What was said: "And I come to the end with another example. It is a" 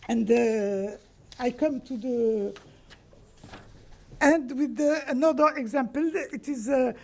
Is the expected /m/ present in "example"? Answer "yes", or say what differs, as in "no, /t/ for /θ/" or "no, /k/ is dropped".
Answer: yes